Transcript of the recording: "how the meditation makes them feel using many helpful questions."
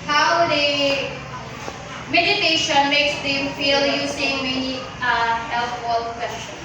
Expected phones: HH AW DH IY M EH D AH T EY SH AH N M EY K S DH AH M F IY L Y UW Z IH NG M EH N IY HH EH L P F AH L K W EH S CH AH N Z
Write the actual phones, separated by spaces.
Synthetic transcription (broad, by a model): HH AW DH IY M EH D AH T EY SH AH N M EY K S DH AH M F IY L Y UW S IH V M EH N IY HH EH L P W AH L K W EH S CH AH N